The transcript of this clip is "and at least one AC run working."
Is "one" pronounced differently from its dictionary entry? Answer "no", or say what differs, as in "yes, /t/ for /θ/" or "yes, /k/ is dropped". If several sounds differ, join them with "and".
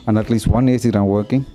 no